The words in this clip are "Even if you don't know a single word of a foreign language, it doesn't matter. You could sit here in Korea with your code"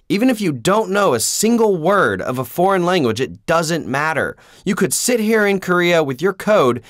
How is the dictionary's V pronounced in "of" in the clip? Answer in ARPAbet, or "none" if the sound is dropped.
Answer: V